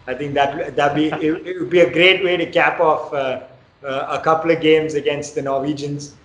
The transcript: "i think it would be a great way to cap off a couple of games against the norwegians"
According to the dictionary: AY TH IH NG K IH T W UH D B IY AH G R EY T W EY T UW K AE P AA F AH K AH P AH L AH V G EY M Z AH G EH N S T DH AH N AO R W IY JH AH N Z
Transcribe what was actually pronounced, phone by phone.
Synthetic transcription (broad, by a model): AY T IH NG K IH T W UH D B IY AH G R EY T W EY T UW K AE P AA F AH K AH P AH L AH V G EY M Z AH G EH N S T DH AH N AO R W IY JH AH N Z